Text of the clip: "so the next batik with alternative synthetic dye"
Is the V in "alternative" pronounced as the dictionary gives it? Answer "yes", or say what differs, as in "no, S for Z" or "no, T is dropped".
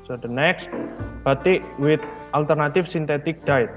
no, F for V